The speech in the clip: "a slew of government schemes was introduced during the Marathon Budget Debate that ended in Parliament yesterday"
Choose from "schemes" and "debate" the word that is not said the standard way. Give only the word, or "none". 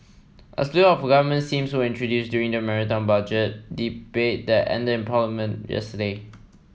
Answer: schemes